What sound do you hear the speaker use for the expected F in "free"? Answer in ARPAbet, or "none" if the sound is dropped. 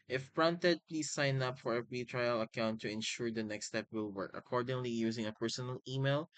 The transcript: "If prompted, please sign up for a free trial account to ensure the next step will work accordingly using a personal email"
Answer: P